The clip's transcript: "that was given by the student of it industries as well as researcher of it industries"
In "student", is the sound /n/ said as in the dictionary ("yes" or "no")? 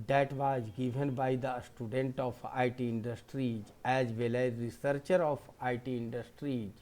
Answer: yes